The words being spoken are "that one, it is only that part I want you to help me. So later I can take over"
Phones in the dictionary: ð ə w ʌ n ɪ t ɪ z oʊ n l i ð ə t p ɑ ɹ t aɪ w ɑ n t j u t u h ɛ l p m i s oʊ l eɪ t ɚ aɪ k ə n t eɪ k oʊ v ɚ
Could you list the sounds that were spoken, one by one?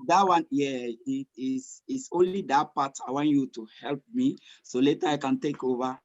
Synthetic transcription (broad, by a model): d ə w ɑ n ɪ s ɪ s oʊ n l i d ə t p ɑ t aɪ w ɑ n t j u t u h ɛ l p m i s oʊ l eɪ t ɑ aɪ k ə n t eɪ k oʊ v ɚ